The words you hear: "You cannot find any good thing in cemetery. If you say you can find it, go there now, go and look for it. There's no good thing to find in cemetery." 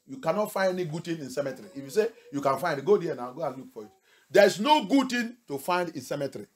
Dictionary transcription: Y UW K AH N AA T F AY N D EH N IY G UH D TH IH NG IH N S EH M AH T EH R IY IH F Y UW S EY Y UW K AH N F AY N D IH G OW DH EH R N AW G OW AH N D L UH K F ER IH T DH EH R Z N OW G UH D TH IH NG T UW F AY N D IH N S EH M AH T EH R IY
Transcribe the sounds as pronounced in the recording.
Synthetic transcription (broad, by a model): Y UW K AH N AA T F AY N D EH N IY G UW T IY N IH N S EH M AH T R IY IH F Y UW S EY Y UW K AH N F AY N D G OW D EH N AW G OW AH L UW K P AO IH T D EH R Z N OW G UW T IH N T UW F AY N D IH N S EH M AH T R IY